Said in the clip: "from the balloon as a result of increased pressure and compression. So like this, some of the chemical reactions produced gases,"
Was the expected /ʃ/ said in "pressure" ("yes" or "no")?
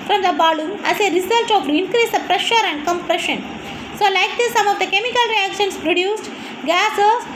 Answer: yes